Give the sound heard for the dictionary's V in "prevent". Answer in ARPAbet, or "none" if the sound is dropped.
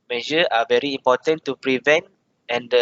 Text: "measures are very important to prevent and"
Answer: V